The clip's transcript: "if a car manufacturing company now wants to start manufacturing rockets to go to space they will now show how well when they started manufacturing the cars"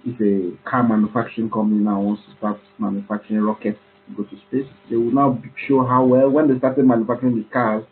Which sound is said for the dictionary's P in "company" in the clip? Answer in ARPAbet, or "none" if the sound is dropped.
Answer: none